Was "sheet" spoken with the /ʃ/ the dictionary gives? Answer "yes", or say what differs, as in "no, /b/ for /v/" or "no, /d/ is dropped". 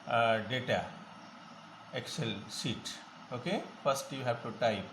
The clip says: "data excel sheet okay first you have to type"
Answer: no, /s/ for /ʃ/